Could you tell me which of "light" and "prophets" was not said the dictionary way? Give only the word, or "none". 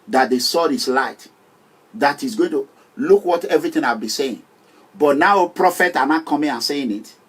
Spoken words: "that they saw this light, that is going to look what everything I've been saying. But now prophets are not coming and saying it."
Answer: prophets